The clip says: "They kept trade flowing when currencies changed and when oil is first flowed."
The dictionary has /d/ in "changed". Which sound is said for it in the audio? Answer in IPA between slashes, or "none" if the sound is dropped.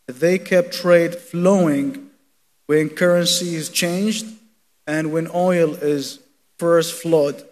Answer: /d/